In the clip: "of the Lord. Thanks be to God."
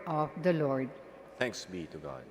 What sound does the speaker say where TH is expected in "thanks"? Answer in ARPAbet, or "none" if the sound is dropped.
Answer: T